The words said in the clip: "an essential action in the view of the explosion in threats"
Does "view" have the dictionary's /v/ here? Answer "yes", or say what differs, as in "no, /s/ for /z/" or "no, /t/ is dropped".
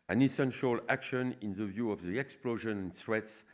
yes